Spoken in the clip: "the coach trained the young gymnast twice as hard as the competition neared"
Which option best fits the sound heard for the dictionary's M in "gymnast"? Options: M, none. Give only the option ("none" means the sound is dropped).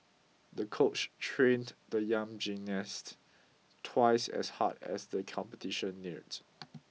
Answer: none